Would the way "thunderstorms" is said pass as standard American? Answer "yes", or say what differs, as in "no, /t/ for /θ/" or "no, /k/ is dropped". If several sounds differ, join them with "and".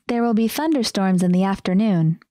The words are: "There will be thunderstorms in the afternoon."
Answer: yes